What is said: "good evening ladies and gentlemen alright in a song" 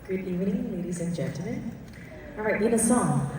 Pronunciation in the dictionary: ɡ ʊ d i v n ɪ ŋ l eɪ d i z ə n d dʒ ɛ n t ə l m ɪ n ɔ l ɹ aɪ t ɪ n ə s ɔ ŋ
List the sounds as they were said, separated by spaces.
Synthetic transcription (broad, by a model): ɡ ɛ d i v n ɪ ŋ l eɪ d i z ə n dʒ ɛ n t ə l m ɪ n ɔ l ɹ aɪ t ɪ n ə s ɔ ŋ